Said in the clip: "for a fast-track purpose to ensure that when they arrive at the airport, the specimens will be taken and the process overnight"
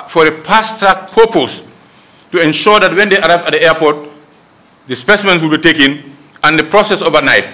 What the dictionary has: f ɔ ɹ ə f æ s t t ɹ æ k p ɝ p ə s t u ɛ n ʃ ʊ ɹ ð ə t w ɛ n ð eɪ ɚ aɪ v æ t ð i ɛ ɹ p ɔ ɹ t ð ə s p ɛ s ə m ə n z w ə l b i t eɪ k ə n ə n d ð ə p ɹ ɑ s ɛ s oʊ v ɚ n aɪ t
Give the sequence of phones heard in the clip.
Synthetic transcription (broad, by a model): f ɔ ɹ ə p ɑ s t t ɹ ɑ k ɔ p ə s t u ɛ n ʃ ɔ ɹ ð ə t w ɛ n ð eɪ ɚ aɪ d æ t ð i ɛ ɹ p ɔ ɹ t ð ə s p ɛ s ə m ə n s w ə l b i t eɪ k ə n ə n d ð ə p ɹ ɑ s ɛ s oʊ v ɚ n aɪ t